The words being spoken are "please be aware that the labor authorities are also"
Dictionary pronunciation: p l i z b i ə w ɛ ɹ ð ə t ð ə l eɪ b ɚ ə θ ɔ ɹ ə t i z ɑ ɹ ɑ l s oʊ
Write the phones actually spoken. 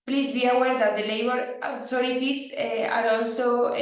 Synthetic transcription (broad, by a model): p l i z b i ə w ɛ ɹ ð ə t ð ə l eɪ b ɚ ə t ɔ ɹ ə t i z ɑ ɹ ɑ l s oʊ